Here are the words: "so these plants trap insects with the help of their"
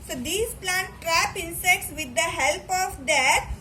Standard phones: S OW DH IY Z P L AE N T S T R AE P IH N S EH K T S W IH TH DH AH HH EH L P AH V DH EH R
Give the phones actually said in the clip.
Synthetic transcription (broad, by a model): S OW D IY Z P L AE N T T R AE P IH N S EH K T S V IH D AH HH EH L P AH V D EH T